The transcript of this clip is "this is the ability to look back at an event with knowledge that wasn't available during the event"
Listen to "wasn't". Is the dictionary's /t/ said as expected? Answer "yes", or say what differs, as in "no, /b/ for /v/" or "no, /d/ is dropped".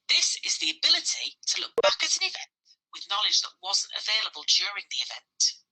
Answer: yes